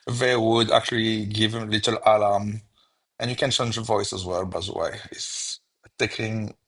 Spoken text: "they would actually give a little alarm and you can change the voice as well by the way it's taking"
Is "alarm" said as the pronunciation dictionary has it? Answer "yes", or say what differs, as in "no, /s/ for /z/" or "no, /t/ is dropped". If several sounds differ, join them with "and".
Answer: no, /l/ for /ɹ/